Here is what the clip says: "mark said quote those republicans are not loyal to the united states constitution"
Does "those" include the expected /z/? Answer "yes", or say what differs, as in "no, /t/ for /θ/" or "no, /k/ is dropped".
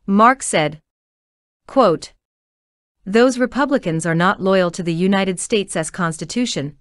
yes